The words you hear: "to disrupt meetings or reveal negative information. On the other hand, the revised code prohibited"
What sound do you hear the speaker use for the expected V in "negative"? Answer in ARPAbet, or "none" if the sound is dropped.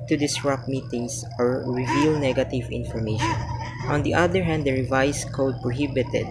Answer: V